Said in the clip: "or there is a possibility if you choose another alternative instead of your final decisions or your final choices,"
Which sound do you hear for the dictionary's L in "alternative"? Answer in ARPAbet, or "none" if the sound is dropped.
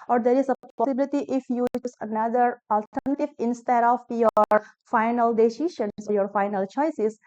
L